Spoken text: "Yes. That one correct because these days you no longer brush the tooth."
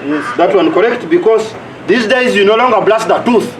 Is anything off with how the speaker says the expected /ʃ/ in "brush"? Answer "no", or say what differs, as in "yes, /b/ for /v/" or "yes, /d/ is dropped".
yes, /s/ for /ʃ/